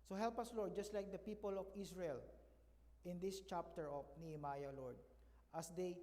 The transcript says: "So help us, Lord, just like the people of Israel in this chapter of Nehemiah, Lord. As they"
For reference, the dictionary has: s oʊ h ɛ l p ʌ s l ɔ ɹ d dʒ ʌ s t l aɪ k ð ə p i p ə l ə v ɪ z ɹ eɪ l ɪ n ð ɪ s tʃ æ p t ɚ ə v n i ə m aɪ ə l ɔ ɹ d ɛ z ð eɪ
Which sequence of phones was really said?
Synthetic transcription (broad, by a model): s oʊ h ɛ l p ʌ s l ɔ ɹ d dʒ ʌ s t l aɪ k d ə p i p ə l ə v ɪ s ɹ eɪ l ɪ n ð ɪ s tʃ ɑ p t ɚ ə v n i ə m aɪ ə l ɔ ɹ d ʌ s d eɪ